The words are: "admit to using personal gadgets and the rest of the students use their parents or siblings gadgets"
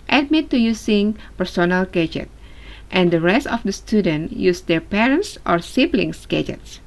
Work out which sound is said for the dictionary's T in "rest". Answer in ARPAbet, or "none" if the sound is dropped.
T